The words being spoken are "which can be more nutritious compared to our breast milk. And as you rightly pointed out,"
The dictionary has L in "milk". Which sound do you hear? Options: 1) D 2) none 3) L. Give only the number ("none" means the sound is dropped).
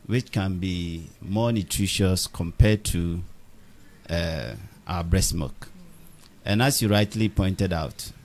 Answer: 2